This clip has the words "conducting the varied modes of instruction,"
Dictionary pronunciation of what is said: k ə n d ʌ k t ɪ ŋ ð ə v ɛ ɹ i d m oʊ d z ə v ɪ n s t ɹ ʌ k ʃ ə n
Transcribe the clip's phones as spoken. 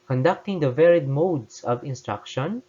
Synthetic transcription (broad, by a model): k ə n d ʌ k t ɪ ŋ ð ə v ɛ ɹ i d m oʊ d s ə v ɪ n s t ɹ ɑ k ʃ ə n